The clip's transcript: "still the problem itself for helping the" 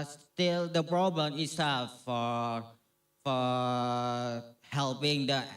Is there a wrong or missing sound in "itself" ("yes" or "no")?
yes